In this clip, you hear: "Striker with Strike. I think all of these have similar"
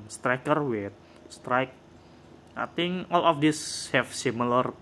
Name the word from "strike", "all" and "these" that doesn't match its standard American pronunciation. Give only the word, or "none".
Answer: these